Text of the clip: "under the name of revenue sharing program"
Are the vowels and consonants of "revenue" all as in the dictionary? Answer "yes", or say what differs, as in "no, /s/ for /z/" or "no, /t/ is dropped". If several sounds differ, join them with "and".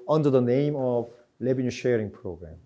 no, /l/ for /ɹ/ and /b/ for /v/